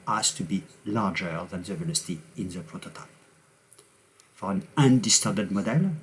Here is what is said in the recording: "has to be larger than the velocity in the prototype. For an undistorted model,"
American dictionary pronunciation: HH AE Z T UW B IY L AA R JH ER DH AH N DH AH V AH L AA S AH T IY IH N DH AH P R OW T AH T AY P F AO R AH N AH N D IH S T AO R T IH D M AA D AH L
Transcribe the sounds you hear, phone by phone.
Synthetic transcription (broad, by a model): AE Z T UW B IY L AA R JH ER DH AH N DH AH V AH N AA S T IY IH N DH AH P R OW T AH T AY P F AO R AH N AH N D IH S T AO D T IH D M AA D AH L